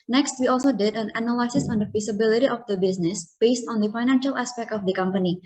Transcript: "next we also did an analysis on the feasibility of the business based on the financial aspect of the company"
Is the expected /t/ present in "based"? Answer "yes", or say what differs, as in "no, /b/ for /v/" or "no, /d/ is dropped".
yes